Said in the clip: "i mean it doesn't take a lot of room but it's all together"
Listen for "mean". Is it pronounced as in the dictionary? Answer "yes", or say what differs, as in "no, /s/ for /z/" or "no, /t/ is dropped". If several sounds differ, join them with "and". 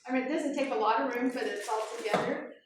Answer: no, /n/ is dropped